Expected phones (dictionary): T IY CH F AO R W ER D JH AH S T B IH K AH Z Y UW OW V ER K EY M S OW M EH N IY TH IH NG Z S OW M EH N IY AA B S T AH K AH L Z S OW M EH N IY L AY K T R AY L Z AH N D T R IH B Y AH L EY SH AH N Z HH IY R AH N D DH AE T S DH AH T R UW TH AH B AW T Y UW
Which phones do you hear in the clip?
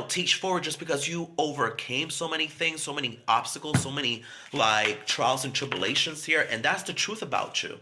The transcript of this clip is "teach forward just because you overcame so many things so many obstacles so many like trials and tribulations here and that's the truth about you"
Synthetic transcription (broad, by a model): T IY CH F AO R W ER D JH AH S B IH K AH Z Y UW OW V ER K EY M S OW M EH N IY TH IH NG Z S OW M EH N IY AA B S T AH K L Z S OW M EH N IY L AY K T R AY L Z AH N T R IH B Y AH L EY SH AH N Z HH IY R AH N DH AE T S DH AH T R UW TH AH B AW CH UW